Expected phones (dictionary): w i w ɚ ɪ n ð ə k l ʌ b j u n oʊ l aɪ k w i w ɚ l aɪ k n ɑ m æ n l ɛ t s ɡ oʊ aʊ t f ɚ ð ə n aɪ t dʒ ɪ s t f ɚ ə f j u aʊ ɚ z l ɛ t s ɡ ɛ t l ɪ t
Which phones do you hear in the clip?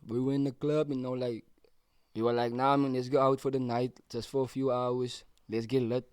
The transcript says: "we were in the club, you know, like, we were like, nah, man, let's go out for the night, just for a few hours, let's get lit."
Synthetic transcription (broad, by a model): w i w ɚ ɪ n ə k l ʌ b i n oʊ l aɪ k w i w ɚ l aɪ k n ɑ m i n l ɛ t s ɡ oʊ aʊ t f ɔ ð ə n aɪ t dʒ ɪ s t f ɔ ə f j u aʊ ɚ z l ɛ t s ɡ ɛ t l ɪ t